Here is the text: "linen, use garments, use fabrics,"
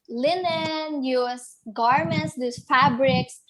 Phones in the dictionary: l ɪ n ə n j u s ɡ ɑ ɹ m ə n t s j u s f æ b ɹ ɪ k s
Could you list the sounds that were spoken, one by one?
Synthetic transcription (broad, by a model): l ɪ n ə n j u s ɡ ɑ ɹ m ə n t s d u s f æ b ɹ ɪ k s